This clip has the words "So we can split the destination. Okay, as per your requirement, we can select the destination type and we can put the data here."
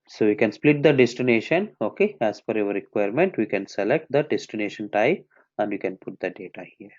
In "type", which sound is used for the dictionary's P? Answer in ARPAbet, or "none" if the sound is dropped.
none